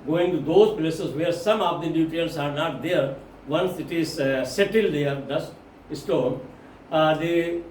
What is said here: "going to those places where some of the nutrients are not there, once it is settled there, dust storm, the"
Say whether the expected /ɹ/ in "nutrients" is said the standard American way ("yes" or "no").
no